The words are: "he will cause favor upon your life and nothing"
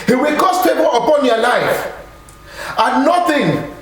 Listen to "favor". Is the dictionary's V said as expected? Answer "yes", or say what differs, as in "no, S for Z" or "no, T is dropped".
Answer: no, B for V